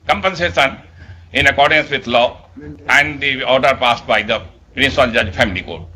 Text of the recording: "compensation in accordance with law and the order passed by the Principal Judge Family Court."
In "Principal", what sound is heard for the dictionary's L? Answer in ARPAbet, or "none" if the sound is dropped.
N